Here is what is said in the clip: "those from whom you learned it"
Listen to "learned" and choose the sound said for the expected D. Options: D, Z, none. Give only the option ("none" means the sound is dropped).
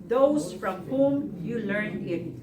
none